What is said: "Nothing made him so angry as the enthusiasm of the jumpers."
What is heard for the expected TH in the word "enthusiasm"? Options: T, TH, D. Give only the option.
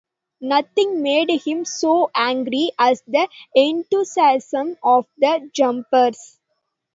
T